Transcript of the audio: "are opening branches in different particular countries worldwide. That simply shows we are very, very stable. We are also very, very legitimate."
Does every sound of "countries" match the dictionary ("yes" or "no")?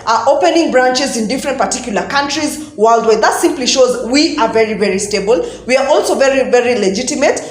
yes